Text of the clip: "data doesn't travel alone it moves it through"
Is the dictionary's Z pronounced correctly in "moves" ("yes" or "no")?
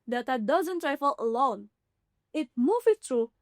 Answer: no